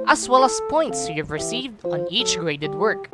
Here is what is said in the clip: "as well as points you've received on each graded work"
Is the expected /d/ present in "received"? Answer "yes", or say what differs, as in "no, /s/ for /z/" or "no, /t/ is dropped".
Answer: yes